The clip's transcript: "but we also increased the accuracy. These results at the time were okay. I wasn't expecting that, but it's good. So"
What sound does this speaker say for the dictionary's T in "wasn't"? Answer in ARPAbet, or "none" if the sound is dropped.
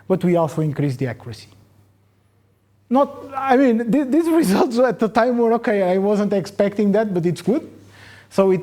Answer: T